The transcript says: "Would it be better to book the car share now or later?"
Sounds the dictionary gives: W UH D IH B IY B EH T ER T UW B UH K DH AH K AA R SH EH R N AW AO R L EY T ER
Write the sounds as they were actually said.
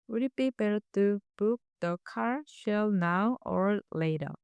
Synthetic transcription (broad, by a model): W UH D B IY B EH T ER T UW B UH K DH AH K AA R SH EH L N AW AO R L EY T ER